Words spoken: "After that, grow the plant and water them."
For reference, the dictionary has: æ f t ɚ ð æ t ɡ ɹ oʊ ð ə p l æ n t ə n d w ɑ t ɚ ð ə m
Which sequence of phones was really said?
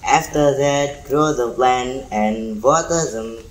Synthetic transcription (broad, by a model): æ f t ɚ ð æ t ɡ ɹ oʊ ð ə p l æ n ə n d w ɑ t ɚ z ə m